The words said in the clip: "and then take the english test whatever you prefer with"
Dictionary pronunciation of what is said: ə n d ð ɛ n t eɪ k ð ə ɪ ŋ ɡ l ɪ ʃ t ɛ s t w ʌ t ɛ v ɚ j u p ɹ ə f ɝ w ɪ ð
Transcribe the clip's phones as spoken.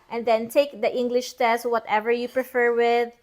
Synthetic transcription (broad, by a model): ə n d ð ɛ n t eɪ k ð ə ɪ ŋ ɡ l ɪ ʃ t ɛ s t w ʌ t ɛ v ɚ j u p ɹ ə f ɝ w ɪ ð